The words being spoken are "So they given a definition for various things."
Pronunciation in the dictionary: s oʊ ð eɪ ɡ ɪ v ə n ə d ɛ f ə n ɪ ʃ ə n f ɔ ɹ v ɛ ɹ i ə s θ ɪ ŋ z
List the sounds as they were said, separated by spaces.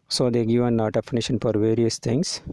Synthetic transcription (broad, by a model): s oʊ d eɪ ɡ ɪ v ə n ə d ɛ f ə n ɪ ʃ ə n f ɔ ɹ v ɛ ɹ i ə s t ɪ ŋ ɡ